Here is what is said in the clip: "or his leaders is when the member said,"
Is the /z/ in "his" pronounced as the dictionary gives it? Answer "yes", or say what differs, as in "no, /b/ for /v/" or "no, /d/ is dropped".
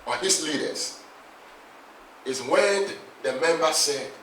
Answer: no, /s/ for /z/